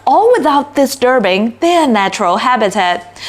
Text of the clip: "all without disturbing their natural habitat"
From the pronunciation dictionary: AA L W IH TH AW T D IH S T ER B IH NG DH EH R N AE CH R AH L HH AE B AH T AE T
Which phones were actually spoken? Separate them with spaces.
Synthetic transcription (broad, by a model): AA L W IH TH AW T D IH S T ER B IH NG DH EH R N AE CH R AH L HH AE B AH T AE T